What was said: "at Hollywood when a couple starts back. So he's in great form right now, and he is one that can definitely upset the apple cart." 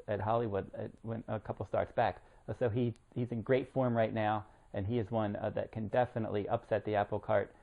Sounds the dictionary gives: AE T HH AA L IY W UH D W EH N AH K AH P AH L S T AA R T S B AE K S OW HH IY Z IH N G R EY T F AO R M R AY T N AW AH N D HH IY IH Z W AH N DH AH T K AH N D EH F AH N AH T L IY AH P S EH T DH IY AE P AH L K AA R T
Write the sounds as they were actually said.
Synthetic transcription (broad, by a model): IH T HH AA L IY W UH D W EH N AH K AH P L S T AA R T S B AE K S OW HH IY Z IH N G R EY T F AO R M R AY T N AW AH N IY IH Z W AH N DH AH T K AH N D EH F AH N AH T L IY AH P S EH T DH IY AE P L K AA R T